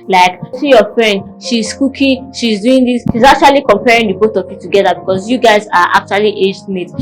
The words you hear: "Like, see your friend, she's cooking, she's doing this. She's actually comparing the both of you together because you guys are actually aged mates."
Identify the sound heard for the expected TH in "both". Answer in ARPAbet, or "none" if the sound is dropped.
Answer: T